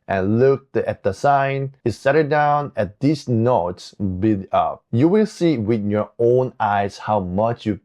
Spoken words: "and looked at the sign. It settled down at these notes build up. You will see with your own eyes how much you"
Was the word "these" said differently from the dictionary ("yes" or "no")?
yes